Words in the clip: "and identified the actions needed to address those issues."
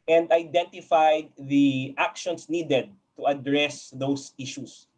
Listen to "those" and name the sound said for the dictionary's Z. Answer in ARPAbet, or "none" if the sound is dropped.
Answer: S